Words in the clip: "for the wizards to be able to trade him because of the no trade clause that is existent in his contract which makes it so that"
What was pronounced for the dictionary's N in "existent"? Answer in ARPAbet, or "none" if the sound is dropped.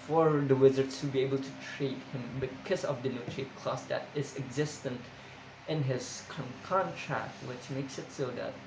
N